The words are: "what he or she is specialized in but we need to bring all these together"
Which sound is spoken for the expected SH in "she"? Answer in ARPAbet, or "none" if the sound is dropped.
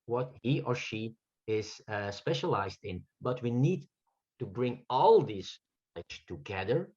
SH